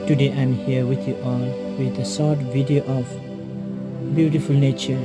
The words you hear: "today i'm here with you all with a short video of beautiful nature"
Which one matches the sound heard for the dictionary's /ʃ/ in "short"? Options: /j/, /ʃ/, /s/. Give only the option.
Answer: /s/